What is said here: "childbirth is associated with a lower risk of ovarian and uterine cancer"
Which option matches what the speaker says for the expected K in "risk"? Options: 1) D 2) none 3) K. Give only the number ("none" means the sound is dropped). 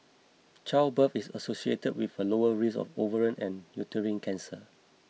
2